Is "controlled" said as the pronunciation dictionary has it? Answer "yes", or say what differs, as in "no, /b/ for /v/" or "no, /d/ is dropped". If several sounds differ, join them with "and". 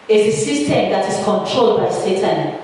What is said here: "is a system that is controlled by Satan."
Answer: yes